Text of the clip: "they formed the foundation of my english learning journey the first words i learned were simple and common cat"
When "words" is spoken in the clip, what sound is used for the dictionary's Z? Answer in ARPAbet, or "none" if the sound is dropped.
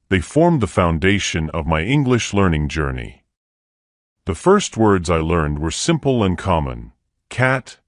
Z